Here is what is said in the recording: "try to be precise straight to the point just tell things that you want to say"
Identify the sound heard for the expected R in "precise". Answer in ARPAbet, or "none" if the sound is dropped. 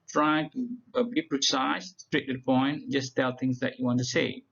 R